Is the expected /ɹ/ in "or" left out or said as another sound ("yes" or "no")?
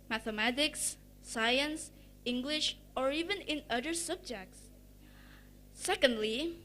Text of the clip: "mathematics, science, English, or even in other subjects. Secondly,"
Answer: no